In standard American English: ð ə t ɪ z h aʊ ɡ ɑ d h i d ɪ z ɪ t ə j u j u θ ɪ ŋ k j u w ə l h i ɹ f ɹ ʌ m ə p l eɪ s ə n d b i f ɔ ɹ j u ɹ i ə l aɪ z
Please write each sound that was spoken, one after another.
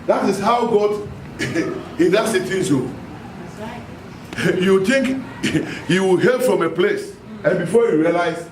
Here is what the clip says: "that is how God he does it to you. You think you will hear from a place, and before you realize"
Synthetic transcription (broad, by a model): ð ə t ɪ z h aʊ ɡ ɑ d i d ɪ s ɪ t ə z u j u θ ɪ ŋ k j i w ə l h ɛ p f ɹ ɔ m ə p l eɪ s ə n b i f ɔ j u ɹ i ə l aɪ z